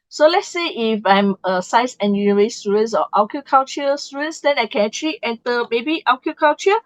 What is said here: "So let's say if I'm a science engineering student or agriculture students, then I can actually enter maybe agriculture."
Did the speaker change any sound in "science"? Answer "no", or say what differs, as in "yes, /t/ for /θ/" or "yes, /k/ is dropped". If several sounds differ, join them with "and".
yes, /n/ is dropped